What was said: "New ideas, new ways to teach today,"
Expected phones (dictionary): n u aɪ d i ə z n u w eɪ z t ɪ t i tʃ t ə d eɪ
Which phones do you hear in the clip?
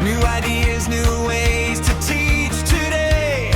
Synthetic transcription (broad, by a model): n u aɪ d i ə z n u w eɪ z t ɪ t i tʃ t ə d eɪ